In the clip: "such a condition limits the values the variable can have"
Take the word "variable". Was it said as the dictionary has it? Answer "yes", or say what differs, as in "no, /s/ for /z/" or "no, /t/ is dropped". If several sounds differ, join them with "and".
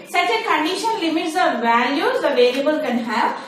no, /l/ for /ɹ/